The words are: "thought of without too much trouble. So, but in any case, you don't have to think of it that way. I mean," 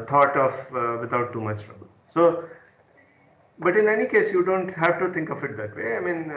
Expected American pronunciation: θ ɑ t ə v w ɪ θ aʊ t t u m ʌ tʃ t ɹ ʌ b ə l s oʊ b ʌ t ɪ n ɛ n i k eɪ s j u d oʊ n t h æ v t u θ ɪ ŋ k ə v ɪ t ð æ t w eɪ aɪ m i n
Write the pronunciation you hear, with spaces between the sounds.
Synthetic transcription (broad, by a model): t ɑ t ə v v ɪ t aʊ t t u m ʌ tʃ t ɹ ʌ b ə l s oʊ b ʌ t ɪ n ɛ n i k eɪ s j u d oʊ n t h æ v t u t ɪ ŋ k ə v ɪ t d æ t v eɪ aɪ m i n